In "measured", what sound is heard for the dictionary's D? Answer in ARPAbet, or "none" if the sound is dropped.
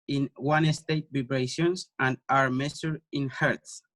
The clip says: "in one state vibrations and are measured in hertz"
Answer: none